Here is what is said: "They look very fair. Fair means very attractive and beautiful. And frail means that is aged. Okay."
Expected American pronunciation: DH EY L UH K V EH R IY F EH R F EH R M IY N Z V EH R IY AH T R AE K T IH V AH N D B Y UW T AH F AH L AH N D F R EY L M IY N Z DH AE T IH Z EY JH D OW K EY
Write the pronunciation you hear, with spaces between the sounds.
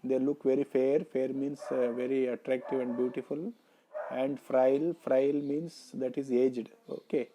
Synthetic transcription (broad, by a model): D EY L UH K V EH R IY F EH R F EH R M IY N S V EH R IY AH T R AE K T IH V AH N D B Y UW T AH F AH L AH N D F R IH L M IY N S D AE T IH Z EY JH D OW K EY